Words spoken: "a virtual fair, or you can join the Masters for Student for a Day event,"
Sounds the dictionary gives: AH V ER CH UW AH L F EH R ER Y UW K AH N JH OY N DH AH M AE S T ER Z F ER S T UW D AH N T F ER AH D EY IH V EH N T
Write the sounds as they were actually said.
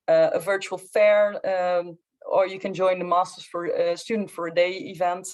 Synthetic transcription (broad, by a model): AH V ER CH UW AH L F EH R ER Y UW K AH N JH OY N DH AH M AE S T ER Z F ER S T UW D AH N T F ER AH D EY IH V EH N T